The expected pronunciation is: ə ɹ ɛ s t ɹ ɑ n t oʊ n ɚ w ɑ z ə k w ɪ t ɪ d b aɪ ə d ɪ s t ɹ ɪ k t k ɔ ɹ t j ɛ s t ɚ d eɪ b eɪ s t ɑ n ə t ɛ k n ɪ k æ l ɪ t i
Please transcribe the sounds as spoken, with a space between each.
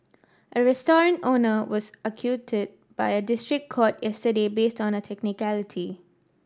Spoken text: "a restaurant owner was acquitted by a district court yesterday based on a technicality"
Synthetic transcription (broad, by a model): ə ɹ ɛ s t ɹ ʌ n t oʊ n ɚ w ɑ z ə k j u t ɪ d b aɪ ə d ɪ s t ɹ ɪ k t k ɔ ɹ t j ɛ s t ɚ d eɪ b eɪ s t ɑ n ə t ɛ k n ɪ k æ l ɪ t i